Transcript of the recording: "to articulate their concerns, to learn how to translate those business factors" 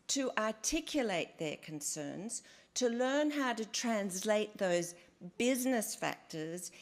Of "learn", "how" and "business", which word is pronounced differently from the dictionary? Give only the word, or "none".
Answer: none